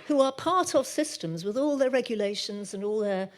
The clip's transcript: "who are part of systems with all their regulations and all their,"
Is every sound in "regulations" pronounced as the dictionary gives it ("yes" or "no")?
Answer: yes